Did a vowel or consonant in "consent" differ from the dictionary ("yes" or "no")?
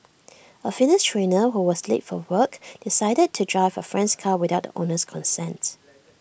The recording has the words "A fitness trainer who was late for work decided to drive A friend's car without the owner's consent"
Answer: no